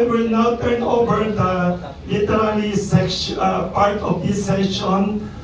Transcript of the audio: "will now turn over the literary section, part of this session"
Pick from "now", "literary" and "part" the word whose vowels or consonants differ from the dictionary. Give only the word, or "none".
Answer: literary